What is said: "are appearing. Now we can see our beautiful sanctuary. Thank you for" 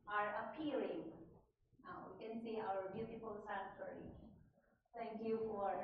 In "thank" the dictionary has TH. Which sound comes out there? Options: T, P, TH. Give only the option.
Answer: T